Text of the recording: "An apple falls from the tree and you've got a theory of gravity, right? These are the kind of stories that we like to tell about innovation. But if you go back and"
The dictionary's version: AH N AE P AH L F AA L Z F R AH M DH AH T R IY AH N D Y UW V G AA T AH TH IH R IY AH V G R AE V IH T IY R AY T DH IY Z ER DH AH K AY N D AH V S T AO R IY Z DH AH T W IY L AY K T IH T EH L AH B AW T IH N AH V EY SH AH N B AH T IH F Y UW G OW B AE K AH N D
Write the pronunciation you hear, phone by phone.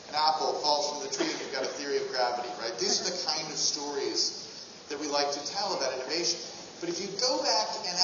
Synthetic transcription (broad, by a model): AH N AE P L F AA L Z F R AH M DH AH T R IY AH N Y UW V G AA T AH TH IH R IY AH V G R AE V IH T IY R AY T DH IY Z ER DH AH K AY N D AH V S T AO R IY Z DH AH T W IY L AY K T IH T EH L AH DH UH T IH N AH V EY SH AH N B AH T IH F Y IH G OW B AE K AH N